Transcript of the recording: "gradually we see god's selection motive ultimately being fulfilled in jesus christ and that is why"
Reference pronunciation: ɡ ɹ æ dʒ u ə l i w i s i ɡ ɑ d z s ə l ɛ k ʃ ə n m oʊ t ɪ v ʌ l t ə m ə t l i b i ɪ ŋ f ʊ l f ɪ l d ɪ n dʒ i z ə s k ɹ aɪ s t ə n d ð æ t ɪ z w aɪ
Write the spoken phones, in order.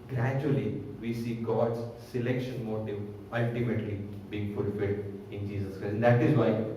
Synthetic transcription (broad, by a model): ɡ ɹ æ dʒ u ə l i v i s i ɡ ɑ d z s ə l ɛ k ʃ ə n m oʊ t ɪ v ʌ l t ə m ə t l i b i ɪ ŋ f ʊ l f ɪ l d ɪ n dʒ i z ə s k ɹ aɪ ə n d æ t ɪ z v aɪ